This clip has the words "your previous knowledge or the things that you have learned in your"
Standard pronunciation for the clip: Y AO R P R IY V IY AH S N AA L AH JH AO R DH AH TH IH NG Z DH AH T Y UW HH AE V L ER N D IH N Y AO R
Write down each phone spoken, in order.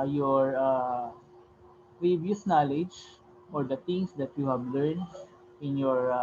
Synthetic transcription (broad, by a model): Y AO R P R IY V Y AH S N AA L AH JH AO R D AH T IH NG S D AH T Y UW HH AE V L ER N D IH N Y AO R